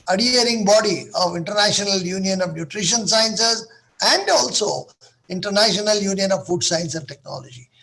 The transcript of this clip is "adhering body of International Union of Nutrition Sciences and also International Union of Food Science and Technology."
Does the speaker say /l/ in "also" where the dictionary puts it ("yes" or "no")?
yes